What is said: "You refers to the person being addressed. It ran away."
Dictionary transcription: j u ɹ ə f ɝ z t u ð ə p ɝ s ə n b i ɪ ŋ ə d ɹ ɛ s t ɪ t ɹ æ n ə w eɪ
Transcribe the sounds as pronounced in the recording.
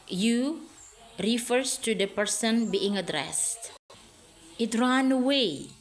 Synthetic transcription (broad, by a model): j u ɹ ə f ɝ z t u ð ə p ɝ s ə n b i ɪ ŋ ə d ɹ ɛ s t ɪ t ɹ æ n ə w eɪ